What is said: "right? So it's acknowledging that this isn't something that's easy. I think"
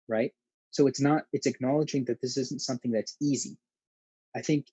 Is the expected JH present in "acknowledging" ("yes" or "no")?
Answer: yes